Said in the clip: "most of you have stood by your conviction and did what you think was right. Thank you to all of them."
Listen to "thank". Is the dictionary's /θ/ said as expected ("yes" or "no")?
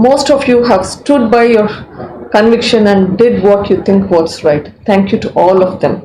no